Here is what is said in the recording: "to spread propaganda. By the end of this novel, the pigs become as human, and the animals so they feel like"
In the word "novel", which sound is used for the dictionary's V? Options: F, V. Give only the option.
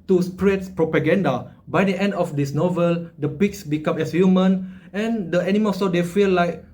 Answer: V